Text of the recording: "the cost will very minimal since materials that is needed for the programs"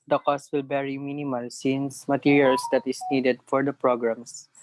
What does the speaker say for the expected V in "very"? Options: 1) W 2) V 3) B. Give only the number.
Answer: 3